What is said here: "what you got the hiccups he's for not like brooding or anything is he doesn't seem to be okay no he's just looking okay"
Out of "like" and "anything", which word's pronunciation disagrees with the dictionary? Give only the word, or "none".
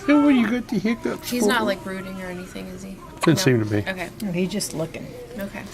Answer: none